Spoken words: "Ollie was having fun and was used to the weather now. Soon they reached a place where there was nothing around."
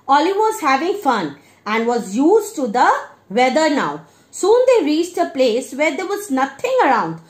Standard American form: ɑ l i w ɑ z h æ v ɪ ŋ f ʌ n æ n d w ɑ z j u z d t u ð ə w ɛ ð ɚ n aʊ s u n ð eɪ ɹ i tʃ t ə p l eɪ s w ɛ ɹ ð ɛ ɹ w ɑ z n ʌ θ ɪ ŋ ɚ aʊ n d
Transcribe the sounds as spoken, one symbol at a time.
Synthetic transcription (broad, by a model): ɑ l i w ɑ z h æ v ɪ ŋ f ʌ n æ n d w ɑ z j u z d t u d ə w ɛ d ɚ n aʊ s u n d eɪ ɹ i tʃ t ə p l eɪ s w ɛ ɹ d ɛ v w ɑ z n ʌ t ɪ ŋ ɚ aʊ n d